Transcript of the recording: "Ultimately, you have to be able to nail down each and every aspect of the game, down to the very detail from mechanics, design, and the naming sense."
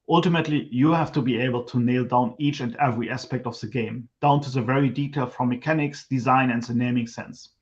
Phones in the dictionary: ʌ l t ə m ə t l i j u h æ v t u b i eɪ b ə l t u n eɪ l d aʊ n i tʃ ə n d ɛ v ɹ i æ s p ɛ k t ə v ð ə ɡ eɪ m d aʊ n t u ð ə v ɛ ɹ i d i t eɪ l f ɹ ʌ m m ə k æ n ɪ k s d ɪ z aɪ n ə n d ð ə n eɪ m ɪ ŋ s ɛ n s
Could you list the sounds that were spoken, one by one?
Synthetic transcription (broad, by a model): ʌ l t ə m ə t l i j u h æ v t u b i eɪ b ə l t u n eɪ l d aʊ n i tʃ ə n d ɛ v ɹ i æ s p ɛ k t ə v ð ə ɡ eɪ m d aʊ n t u ð ə v ɛ ɹ i d i t eɪ l f ɹ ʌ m m ə k æ n ɪ k s d ɪ z aɪ n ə n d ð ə n eɪ m ɪ ŋ s ɛ n s